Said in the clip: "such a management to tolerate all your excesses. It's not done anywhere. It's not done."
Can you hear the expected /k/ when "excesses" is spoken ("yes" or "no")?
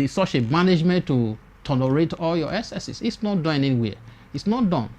no